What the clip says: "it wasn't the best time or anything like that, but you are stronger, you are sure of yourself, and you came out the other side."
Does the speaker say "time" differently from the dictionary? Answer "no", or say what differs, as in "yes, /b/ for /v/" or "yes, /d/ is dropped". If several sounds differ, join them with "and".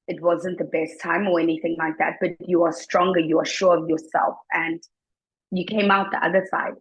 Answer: no